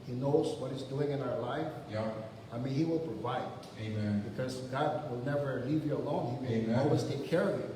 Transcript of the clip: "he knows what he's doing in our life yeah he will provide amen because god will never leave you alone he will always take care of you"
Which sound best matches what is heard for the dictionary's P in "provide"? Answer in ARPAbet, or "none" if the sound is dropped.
P